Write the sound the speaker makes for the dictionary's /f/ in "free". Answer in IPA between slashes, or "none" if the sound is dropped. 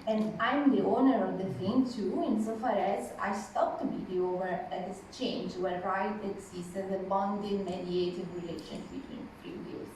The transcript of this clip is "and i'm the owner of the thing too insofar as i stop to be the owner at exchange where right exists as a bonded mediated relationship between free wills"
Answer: /p/